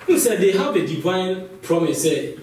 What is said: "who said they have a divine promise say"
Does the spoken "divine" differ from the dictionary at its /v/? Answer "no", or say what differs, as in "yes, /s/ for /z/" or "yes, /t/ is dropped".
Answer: no